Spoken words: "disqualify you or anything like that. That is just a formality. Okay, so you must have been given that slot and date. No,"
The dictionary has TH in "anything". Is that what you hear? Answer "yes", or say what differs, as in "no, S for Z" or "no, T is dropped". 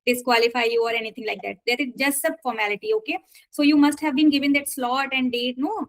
no, T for TH